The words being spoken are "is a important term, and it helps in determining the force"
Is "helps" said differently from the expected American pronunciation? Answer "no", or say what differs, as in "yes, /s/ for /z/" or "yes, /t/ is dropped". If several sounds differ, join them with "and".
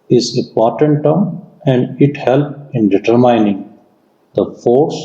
yes, /s/ is dropped